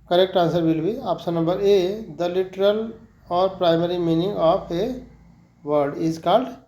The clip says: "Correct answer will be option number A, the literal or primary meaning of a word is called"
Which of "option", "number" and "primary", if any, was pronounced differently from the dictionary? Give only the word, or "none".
option